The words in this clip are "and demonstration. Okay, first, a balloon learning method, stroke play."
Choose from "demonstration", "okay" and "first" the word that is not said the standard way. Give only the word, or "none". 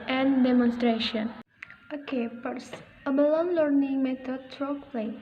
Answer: first